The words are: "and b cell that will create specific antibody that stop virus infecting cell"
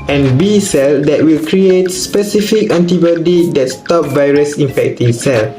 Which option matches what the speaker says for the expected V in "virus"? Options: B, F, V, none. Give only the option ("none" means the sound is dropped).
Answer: V